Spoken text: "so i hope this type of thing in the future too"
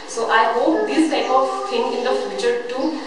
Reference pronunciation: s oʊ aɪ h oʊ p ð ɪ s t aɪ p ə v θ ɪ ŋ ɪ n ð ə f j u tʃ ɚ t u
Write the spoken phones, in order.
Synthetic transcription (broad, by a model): s oʊ aɪ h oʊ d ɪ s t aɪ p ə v t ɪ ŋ ɪ n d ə f j u tʃ ɚ t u